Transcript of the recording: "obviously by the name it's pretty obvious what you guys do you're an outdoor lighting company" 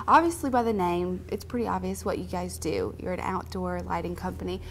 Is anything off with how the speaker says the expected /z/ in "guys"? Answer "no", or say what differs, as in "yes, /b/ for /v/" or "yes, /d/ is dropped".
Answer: no